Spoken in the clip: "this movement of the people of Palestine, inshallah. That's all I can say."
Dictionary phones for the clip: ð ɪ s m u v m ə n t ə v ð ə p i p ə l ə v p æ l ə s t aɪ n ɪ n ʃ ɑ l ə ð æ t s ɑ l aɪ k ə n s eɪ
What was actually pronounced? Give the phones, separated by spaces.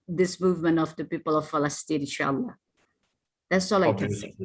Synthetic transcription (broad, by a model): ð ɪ s m u v m ə n t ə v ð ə p i p ə l ə v f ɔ l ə s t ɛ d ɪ ʃ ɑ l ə ð æ t s ɑ l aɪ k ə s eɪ